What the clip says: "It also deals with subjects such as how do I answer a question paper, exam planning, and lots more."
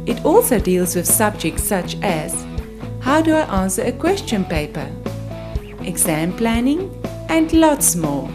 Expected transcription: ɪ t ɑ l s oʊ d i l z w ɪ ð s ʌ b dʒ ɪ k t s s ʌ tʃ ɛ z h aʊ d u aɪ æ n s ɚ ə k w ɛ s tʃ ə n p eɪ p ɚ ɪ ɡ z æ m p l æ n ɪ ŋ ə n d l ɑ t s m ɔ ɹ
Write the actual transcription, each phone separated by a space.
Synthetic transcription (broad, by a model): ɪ t ɑ l s oʊ d i l z w ɪ ð s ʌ b dʒ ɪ k t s s ʌ tʃ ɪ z h aʊ d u aɪ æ n s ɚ ə k w ɛ s tʃ ə n p eɪ p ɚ ɪ ɡ z æ m p l æ n ɪ ŋ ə n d l ɑ t s m ɔ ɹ